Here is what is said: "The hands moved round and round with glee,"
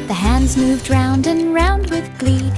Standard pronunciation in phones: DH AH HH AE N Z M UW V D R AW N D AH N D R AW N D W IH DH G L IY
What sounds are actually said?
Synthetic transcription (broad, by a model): DH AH HH AE N Z M UW V D R AW N D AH N R AW N D W IH DH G L IY